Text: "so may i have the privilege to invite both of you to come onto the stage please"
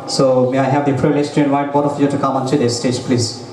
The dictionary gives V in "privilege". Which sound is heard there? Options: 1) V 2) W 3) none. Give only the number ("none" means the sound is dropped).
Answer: 3